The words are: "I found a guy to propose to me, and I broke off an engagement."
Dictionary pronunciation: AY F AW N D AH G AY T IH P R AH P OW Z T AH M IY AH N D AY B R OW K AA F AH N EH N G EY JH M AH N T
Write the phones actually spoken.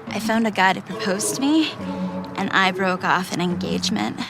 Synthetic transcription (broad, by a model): AY F AW N D AH G AY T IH P R AH P OW Z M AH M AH N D AY B R OW K AA F AH N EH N G EY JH M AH N T